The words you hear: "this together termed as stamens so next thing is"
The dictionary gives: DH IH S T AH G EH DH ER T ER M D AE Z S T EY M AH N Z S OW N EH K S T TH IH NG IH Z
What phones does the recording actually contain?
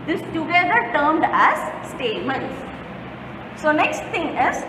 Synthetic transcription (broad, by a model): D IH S T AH G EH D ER T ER M D AE Z S T EY M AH N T S OW N EH K S T T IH NG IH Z